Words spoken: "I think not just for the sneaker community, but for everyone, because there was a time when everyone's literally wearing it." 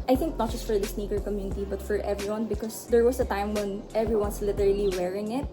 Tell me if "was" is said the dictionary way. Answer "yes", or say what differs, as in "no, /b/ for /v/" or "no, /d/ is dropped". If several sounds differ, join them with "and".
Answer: no, /s/ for /z/